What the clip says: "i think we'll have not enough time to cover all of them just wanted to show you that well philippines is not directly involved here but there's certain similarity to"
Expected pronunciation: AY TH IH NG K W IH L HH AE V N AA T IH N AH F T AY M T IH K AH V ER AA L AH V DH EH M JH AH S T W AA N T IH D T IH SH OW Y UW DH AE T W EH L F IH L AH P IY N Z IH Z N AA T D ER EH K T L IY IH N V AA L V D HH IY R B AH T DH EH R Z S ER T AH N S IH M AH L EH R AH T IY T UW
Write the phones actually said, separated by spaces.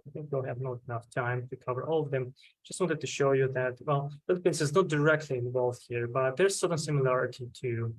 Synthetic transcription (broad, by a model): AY TH IH NG K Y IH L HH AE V N AA T IH N AH F T AY M T IH K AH V ER AA L AH V DH EH M JH AH S T W AA N T IH D T IH SH OW Y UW DH AE T W EH L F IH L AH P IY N S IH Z N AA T D ER EH K T L IY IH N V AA L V HH IY R B AH T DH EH R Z S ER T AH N S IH M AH L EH R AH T IY T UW